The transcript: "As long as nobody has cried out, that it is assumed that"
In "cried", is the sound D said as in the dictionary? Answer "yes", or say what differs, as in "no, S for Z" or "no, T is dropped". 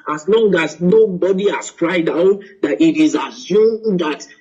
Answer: yes